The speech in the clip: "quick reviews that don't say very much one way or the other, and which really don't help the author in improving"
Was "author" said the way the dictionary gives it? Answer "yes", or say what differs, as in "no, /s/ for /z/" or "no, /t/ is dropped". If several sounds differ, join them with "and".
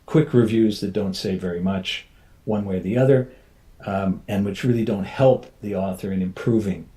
yes